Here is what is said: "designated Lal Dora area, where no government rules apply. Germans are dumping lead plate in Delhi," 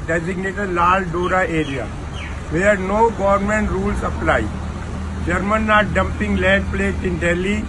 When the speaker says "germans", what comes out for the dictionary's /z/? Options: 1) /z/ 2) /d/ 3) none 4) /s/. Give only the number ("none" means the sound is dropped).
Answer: 3